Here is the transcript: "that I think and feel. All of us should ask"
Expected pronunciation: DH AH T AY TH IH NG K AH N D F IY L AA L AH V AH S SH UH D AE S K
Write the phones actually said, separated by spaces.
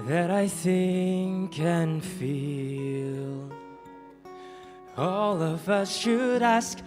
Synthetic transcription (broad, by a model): DH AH T AY TH IH NG K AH N F IY L AA L AH V AH S SH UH D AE S K